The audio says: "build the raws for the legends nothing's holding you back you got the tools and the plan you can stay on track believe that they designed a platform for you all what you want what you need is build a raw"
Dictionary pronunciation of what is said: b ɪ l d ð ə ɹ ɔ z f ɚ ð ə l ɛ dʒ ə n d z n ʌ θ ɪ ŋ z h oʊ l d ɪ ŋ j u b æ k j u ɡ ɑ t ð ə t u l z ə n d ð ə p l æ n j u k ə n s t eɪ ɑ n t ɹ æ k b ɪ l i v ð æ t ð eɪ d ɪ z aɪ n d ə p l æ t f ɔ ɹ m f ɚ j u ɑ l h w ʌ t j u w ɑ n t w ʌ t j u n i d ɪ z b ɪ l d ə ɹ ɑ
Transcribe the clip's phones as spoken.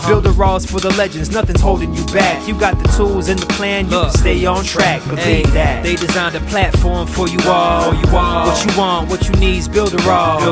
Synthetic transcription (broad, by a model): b ɪ l d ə ɹ ɔ z f ɚ ð ə l ɛ dʒ ə n d z n ʌ θ ɪ ŋ z h oʊ l d ɪ ŋ j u b æ k j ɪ ɡ ɑ t ð ə t u l z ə n ð ə p l æ n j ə s t eɪ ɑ n t ɹ æ k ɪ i ð æ t ð eɪ d ɪ z aɪ n d ə p l æ t f ɔ ɹ m f ɚ j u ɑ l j w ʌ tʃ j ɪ w ɑ n t w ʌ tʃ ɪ n i d z b ɪ l d ə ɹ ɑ